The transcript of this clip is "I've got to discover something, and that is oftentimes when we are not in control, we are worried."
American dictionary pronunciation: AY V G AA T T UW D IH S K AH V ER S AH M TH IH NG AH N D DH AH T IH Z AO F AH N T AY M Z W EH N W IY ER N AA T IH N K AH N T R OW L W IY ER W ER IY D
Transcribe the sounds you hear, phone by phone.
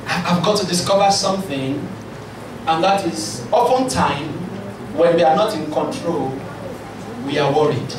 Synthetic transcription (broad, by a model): AY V G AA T T UW D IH S K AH V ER S AH M TH IH NG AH N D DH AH T IH Z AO P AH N T AY M W EH N W IY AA N AA T IH N K AH N T R OW L W IY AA W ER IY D